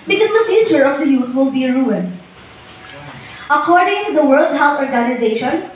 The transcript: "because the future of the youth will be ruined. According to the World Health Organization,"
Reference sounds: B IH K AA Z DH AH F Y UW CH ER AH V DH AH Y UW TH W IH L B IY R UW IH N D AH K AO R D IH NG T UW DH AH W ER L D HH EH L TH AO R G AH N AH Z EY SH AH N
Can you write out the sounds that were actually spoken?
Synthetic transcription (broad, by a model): B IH K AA Z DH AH F Y UW CH ER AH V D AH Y UW T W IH L B IY R UW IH N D AH K AO R D IH NG T UW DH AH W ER L D HH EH L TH AO R G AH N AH Z EY SH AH N